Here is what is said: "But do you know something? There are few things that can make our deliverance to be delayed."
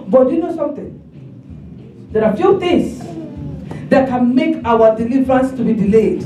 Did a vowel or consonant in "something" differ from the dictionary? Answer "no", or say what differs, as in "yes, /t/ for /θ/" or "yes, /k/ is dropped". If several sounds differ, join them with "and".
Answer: yes, /t/ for /θ/